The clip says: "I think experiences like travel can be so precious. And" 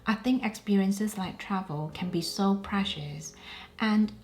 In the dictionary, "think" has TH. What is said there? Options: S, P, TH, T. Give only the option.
TH